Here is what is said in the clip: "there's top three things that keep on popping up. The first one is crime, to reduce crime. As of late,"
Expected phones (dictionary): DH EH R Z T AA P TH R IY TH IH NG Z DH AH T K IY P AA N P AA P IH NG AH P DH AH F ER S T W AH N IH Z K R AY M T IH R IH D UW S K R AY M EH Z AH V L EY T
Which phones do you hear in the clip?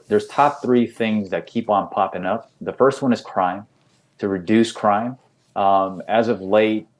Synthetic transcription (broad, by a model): DH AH R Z T AA P TH R IY TH IH NG Z DH AH T K IY P N P AA P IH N AH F DH AH F ER S T W AH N IH Z K R AY M T IH R IH D UW S K R AY M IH Z AH V L EY T